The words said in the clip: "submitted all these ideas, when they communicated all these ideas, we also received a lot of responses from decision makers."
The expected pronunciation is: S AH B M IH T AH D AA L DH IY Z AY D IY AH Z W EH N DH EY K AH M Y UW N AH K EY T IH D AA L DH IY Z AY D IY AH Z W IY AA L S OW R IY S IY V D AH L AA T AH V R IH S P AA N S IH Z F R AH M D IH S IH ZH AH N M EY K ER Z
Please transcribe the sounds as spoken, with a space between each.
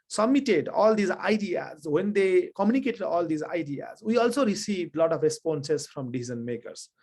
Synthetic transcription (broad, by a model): S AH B M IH T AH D AA L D IY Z AY D IY AH Z W EH N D EY K AH M Y UW N AH K EY T IH D AA L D IY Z AY D IY AH Z W IY AA L S OW R IY S IY V D L AA T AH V R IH S P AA N S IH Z F R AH M D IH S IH Z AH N M EY K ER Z